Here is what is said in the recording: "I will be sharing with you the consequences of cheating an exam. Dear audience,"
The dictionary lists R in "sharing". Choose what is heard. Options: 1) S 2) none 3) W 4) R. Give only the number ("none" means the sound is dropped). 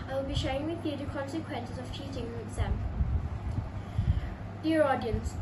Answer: 2